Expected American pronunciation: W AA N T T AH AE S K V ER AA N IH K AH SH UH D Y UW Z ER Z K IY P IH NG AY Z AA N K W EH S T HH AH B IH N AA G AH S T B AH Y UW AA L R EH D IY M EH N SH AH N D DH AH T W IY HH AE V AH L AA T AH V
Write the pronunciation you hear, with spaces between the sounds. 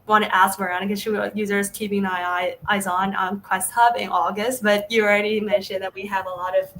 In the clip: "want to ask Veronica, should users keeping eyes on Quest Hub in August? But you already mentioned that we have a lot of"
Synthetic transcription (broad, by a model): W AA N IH T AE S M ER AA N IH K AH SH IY Y UW Z ER Z K IY P IH NG AY Z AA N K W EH S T HH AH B IH N AA G AH S T B AH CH AA L R EH D IY M EH N SH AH N DH AH T W IY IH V AH L AA T AH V